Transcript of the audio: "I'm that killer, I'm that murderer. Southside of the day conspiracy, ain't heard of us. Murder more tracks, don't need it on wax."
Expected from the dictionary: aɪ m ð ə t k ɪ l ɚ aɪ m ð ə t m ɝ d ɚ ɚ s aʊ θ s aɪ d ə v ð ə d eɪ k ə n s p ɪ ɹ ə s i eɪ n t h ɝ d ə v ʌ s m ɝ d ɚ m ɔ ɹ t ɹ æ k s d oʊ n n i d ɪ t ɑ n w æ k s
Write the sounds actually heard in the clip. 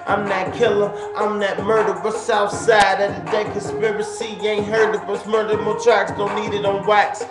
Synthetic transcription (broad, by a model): aɪ m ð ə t k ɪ l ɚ aɪ m ð ə t m ɝ d ɚ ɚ s aʊ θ s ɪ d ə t ð ə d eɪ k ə s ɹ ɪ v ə s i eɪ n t h ɝ d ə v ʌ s m ɝ d ɚ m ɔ t ɹ æ k s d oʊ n n i d ɪ t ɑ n w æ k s